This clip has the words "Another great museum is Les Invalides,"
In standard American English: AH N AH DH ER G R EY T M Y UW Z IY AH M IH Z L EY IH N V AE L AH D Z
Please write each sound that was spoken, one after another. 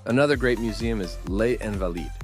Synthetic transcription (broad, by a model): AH N AH DH ER G R EY T M Y UW Z IY AH M IH Z L EY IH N V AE L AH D